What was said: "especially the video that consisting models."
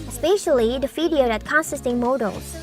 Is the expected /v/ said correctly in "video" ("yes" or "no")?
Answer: no